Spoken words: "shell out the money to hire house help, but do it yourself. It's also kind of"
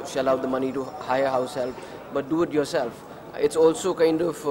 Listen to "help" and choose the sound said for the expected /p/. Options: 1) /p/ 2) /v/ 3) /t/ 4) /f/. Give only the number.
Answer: 4